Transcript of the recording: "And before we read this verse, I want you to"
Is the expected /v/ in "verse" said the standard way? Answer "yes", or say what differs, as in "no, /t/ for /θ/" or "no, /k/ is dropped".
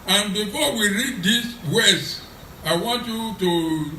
no, /w/ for /v/